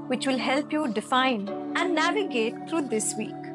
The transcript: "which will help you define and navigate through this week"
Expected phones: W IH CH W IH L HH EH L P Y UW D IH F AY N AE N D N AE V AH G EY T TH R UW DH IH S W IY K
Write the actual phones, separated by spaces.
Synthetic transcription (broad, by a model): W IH CH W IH L HH EH L P Y UW D IH F AY N AE N D N AE V AH G EY T T R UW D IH S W IY K